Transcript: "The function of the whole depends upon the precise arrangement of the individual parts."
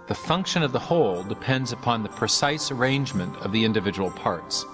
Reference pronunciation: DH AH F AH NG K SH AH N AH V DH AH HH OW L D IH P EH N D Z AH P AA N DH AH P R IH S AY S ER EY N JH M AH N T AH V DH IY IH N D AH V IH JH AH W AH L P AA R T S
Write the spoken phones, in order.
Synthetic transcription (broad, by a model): DH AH F AH NG K SH AH N AH V DH AH HH OW L D IH P EH N D Z AH P AA N DH AH P R IH S AY S ER EY N JH M AH N T AH V DH IY IH N D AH V IH JH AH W L P AA R T S